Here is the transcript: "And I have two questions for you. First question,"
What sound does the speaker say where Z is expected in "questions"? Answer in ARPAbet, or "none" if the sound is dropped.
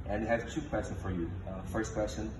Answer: none